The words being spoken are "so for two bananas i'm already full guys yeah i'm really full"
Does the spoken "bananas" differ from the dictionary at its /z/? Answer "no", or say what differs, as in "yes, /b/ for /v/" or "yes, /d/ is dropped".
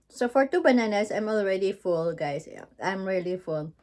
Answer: yes, /s/ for /z/